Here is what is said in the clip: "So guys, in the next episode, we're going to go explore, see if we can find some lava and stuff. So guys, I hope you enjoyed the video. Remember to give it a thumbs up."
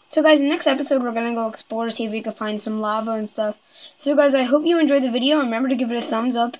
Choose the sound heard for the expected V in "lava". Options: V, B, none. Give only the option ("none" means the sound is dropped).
V